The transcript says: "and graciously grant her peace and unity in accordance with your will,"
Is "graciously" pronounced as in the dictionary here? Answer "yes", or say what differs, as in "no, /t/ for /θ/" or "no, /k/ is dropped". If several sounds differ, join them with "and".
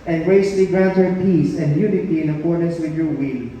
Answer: no, /ʃ/ is dropped